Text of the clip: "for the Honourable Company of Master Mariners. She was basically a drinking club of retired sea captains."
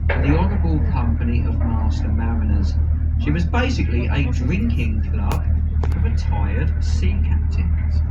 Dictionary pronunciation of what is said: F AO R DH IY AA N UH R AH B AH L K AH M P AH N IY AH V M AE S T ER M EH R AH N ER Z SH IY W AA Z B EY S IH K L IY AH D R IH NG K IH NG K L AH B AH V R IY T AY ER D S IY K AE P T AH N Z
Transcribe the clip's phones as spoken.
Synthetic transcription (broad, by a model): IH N DH IY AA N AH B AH L K AH M P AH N IY AH V M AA S T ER M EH R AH N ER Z SH IY W AA Z B EY S IH K L IY AH D R IH NG K IH NG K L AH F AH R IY T AY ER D S IY K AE P T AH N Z